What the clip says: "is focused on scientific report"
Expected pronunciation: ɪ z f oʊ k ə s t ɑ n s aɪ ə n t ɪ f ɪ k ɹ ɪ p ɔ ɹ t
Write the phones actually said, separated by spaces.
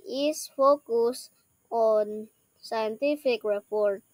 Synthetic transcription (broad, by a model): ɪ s f oʊ k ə s ɑ n s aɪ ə n t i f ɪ k ɹ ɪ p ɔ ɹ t